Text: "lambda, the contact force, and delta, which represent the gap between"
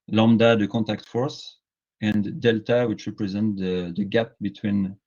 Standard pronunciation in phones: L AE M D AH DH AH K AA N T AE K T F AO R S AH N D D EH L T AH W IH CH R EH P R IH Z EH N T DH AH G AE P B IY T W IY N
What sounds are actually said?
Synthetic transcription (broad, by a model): L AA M D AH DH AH K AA N T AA K T F AO R S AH N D D EH L T AH W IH CH R EH P R IH Z EH N T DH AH G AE P B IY T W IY N